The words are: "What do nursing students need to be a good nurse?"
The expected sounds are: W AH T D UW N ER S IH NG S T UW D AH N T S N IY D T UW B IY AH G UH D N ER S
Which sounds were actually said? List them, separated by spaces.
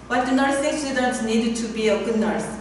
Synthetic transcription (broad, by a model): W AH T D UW N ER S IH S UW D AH T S N IY D T UW B IY AH G UH D N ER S